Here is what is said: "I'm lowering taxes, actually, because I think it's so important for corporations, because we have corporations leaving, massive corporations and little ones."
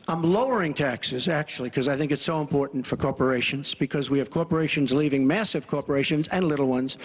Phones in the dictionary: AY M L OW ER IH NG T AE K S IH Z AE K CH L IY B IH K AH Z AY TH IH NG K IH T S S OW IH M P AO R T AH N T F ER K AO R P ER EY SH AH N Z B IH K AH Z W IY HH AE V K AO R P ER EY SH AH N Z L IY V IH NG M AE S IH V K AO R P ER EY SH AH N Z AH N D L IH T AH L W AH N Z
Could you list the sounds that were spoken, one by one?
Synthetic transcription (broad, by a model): AY M L OW ER IH NG T AE K S IH Z AE K CH IY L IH K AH Z AY TH IH NG K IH T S S OW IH M P AO R T N T F ER K AO R P ER EY SH AH N Z B IH K AH Z W IY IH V K AO R P ER EY SH AH N Z L IY V IH NG M AE S IH V K AO R P ER EY SH AH N Z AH N L IH T L W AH N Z